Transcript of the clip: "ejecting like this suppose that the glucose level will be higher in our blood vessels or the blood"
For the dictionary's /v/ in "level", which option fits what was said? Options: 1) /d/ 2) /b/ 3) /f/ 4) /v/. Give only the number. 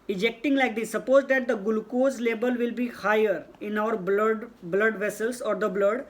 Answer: 2